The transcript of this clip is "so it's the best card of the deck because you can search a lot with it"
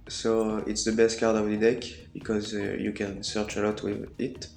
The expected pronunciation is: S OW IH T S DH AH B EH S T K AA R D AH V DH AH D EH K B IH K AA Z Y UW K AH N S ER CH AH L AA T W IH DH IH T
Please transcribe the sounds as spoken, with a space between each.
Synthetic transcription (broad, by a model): S OW IH T S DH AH B EH S T K AA R D AH V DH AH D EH K B IH K AA Z Y UW K AH N S ER CH AH L AA T W IH DH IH T